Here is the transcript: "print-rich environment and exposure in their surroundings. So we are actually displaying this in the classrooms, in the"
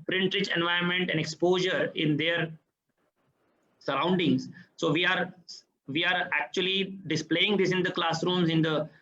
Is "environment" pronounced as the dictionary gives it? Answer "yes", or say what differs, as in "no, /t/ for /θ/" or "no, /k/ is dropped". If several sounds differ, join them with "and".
no, /ɹ/ is dropped